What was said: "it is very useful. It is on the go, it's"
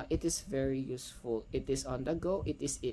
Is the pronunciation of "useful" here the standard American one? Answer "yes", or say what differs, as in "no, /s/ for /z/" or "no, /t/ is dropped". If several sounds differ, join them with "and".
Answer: yes